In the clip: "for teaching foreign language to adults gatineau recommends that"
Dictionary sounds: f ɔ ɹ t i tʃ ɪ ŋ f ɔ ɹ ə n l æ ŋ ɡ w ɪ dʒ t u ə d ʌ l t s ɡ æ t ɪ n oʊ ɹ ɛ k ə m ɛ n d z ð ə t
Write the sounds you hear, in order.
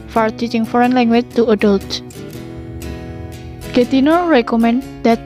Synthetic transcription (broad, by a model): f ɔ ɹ t i tʃ ɪ ŋ f ɔ ɹ ə n l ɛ ŋ ɡ w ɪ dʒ t u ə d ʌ l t ɡ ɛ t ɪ n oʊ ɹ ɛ k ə m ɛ n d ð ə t